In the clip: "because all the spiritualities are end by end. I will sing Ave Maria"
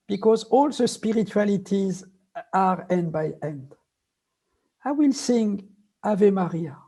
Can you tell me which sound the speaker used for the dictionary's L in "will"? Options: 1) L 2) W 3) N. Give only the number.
1